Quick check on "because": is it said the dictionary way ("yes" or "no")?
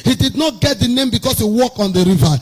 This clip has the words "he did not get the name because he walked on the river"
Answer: no